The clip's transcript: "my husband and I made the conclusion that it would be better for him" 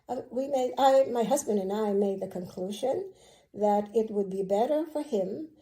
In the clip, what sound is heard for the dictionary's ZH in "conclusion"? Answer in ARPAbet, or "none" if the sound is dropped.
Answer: ZH